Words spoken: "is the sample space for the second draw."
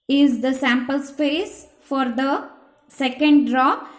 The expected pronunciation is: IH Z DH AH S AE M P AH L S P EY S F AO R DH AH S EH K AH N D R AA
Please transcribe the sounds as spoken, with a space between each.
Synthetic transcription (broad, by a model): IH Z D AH S AE M P AH L S P EY S F AO R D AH S EH K AH N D R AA